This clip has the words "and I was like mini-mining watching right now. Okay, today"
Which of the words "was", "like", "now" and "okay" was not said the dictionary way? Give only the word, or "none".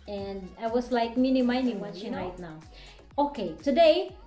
was